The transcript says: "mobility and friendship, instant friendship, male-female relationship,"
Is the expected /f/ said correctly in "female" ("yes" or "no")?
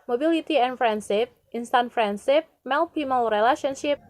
no